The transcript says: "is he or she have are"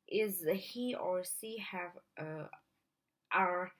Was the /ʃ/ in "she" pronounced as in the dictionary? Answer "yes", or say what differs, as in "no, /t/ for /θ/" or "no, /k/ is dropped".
no, /s/ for /ʃ/